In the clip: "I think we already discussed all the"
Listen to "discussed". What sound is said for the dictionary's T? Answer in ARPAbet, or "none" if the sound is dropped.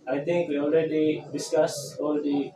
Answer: none